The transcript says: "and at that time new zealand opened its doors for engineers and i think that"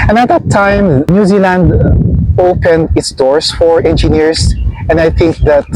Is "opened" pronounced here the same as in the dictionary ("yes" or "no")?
yes